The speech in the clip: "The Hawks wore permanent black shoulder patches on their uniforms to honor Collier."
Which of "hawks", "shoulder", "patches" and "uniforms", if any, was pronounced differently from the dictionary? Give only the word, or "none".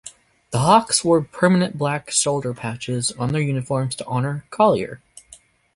shoulder